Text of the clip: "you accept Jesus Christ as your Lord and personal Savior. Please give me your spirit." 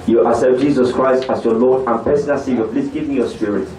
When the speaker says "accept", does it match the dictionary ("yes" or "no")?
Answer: no